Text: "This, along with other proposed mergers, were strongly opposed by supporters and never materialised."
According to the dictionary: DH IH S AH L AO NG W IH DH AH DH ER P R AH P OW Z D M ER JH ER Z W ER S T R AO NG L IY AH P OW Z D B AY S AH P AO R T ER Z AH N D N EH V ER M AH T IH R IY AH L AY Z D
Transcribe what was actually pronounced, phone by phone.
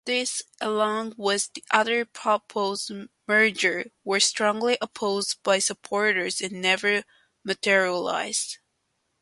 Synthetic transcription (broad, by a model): DH IH S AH L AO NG W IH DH AH DH ER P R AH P OW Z M ER JH ER W ER S T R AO NG L IY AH P OW Z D B AY S AH P AO R T ER Z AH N N EH V ER M AH T IH R IY AH L AY Z D